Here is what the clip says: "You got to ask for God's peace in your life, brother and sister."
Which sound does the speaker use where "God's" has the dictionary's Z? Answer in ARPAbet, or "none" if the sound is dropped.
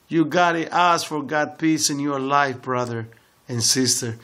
none